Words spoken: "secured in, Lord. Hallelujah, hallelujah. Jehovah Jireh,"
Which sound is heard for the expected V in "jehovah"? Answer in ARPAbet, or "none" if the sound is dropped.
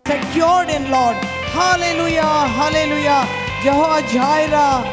none